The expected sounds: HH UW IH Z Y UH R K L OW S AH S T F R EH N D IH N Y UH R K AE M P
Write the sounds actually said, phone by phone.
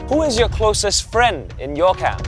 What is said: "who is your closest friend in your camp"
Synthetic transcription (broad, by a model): HH UW IH Z Y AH R K L OW S AH S T F R EH N D IH N Y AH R K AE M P